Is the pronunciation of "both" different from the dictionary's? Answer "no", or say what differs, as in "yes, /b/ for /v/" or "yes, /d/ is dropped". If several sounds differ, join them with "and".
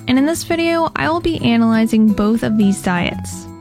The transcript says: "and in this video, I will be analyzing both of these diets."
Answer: no